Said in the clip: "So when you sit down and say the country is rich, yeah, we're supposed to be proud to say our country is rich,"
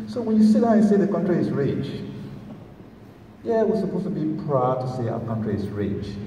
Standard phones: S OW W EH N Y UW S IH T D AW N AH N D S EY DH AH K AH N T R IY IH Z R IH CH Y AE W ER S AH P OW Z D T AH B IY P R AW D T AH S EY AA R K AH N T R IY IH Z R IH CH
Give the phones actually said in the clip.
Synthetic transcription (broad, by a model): S OW W EH N Y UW S IH T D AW AH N S EY DH AH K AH N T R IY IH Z R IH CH Y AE W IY S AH P OW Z T AH B IY P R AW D T AH S EY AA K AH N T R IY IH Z R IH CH